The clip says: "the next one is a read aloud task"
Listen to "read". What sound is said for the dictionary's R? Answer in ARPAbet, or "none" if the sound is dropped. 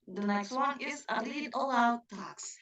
L